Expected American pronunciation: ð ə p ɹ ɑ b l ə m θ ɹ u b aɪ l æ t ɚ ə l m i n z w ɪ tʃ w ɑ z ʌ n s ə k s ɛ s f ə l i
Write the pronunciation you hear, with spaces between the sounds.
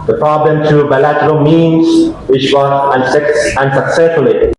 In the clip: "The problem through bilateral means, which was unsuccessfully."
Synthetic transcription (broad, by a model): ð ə p ɹ ɑ b l ə m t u b aɪ l æ t ɚ ə l m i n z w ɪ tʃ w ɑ s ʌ n s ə k s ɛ s f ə l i